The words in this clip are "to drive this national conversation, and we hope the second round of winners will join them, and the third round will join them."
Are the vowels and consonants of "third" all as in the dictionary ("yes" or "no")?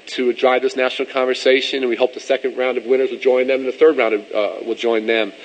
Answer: yes